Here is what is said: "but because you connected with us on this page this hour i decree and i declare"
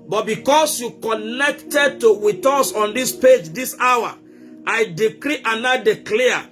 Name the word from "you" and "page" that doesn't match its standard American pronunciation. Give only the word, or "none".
none